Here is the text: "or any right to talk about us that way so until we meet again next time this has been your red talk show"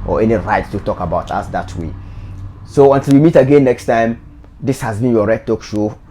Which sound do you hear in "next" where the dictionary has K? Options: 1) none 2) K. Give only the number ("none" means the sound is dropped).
2